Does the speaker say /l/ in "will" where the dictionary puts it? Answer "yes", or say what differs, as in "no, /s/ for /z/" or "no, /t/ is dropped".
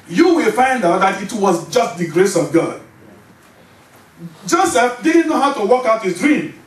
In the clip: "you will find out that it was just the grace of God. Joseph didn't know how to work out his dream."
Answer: yes